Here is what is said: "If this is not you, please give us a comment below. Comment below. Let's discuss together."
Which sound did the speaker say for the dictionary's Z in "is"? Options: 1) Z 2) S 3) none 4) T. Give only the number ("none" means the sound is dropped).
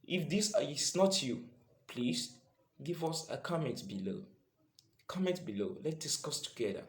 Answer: 2